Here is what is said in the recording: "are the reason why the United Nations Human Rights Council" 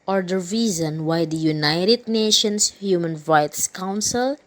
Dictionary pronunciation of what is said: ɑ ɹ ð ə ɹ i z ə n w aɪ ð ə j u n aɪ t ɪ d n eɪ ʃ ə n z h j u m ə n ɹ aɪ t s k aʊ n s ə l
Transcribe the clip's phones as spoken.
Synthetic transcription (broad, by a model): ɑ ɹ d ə ɹ i z ə n w aɪ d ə j u n aɪ t ɪ d n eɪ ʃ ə n s h j u m ə n ɹ aɪ t s k aʊ n s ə l